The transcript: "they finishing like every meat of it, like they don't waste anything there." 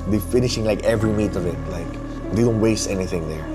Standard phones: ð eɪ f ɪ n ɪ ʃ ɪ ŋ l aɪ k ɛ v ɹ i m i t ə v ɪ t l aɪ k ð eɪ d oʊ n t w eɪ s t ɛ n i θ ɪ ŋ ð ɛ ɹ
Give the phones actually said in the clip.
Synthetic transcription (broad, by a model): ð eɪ f ɪ n ɪ ʃ ɪ ŋ l aɪ k ɛ v ɹ i m i t ə v ɪ t l aɪ k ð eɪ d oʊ n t w eɪ s t ɛ n i θ ɪ ŋ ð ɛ ɹ